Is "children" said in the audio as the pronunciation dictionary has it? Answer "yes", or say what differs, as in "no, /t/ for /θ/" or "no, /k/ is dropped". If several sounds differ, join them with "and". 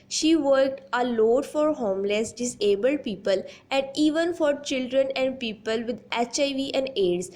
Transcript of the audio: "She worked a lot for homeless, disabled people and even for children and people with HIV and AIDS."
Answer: yes